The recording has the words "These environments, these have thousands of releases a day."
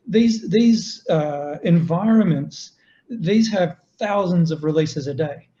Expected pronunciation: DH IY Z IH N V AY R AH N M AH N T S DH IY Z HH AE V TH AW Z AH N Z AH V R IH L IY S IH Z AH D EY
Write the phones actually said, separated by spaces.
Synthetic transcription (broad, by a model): DH IY Z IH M V AY R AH N M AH N T S DH IY Z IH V TH AW Z AH N Z AH V R IH L IY S IH Z AH D EY